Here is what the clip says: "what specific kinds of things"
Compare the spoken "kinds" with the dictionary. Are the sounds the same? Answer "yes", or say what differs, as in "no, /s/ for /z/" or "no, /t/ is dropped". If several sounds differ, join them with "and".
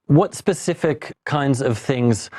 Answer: yes